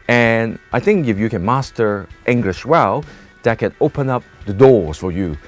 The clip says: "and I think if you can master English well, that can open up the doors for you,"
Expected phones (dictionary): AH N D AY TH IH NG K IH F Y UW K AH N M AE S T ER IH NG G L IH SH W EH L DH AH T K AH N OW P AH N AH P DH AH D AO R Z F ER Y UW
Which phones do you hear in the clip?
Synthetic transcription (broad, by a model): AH N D AY TH IH NG K IH F Y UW K AH N M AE S T ER IH NG G L IH SH W EH L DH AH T K AH N OW P AH N AH P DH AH D AO R Z F ER Y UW